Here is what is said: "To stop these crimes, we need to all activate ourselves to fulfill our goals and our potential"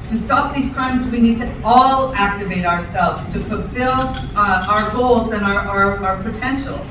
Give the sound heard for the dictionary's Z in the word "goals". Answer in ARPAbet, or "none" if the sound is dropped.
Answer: Z